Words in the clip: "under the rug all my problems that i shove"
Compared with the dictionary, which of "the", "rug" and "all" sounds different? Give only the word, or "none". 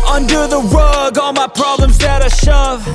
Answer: rug